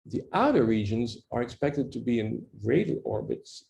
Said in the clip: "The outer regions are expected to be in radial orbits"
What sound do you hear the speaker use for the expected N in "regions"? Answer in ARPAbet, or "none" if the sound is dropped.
N